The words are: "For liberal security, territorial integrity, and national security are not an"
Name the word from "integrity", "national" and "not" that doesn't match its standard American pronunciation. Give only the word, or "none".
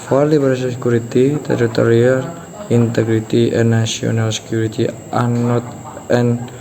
national